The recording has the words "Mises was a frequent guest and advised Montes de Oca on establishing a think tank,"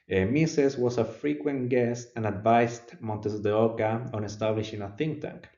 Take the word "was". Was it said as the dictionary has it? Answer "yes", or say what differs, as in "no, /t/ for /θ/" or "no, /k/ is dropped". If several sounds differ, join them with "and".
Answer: no, /s/ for /z/